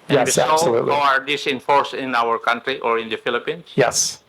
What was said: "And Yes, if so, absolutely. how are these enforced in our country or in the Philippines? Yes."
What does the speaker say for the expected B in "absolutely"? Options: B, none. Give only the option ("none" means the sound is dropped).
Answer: none